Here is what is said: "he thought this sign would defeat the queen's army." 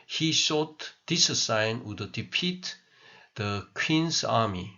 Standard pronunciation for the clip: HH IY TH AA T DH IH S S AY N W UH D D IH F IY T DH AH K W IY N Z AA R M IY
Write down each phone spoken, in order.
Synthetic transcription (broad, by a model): HH IY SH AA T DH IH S S AY N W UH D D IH P IY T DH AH K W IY N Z AA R M IY